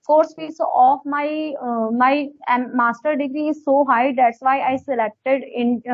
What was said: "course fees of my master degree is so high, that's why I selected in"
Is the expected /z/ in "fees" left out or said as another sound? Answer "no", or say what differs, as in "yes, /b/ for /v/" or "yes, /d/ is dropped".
yes, /s/ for /z/